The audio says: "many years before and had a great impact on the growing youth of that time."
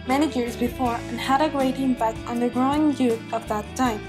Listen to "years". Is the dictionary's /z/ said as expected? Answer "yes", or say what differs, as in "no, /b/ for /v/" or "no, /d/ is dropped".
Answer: yes